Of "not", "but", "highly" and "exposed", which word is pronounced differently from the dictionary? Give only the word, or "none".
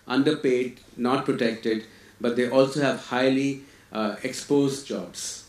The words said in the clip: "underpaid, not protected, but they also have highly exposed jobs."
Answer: none